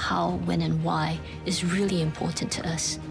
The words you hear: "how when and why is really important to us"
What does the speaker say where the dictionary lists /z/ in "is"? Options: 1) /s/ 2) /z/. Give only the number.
2